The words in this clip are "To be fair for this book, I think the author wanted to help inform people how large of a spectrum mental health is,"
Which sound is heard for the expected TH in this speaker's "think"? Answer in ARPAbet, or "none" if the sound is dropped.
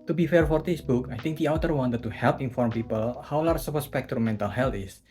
T